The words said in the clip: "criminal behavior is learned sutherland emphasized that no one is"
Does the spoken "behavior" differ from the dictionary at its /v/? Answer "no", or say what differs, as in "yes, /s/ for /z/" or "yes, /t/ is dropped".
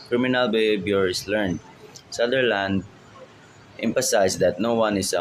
yes, /b/ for /v/